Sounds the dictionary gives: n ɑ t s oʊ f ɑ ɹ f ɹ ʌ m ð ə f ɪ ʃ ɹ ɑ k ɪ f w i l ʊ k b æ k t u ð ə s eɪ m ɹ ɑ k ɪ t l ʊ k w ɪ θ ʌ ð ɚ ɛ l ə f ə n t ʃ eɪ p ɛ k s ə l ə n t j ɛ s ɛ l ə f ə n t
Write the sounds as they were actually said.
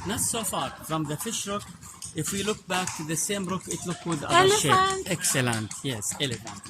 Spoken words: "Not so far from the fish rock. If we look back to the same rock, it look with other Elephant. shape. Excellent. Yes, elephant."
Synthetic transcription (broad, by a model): n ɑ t s oʊ f ɑ ɹ f ɹ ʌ m ð ə f ɪ ʃ ɹ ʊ k ɪ f w i l ʊ k b æ k t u ð ə s eɪ m ɹ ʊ k ɪ t l ʊ k w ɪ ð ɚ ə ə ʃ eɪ ɛ k s ə l ə n t j ɛ s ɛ l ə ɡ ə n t